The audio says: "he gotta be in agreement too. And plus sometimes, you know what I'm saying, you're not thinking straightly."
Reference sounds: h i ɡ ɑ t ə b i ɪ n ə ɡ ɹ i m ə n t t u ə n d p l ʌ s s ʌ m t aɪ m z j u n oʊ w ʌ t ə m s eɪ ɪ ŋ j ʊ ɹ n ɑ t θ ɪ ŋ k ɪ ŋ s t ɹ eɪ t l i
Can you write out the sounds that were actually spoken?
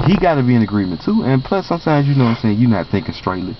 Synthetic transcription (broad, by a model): h i ɡ ɑ t ə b i ɪ n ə ɡ ɹ i m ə n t t u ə n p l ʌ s s ʌ m t aɪ m z j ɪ n oʊ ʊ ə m s eɪ ɪ ŋ j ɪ n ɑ t θ ɪ ŋ k ɪ ŋ s t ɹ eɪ t l i